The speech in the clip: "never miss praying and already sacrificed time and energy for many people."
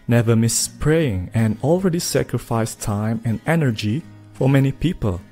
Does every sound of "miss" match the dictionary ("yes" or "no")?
yes